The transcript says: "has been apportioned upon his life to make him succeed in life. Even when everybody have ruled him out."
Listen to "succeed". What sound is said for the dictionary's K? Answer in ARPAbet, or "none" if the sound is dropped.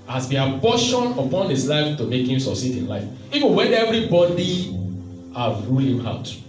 none